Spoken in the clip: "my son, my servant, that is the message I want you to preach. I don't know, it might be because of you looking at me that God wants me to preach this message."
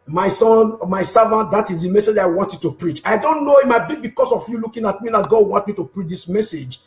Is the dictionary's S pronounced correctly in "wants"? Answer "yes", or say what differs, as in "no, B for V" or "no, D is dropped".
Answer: no, S is dropped